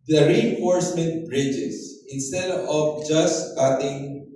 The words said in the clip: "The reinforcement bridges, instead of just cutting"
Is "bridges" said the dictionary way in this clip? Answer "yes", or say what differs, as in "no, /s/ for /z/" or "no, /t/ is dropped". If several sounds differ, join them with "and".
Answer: no, /s/ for /z/